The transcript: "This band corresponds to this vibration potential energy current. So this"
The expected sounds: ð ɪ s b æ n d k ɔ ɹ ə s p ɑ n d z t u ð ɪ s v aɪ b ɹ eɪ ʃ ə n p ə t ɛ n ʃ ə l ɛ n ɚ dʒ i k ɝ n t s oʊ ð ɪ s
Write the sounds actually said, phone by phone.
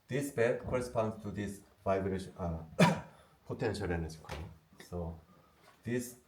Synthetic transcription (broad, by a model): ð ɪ s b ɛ d k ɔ ɹ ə s p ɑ n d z t u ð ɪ s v aɪ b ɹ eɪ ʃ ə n p ə t ɛ n ʃ ə l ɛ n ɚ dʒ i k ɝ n s oʊ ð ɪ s